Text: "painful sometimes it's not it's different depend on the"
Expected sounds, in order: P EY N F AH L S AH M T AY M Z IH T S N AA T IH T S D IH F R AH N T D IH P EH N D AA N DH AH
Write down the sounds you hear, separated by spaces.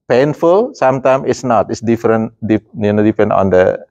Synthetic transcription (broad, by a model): P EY N F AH L S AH M T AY M IH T S N AA T IH T S D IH F R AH N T D IH P EH N D AA N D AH